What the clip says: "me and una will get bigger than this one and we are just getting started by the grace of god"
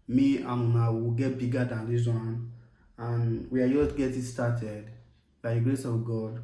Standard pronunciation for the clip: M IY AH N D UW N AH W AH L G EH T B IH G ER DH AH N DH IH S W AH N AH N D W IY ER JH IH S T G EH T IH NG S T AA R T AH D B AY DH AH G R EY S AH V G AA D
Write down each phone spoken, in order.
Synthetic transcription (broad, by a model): M IY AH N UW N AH W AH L G EH T B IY G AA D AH N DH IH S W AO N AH N W IY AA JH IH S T G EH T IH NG S T AA T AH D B AY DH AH G R EY S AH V G AA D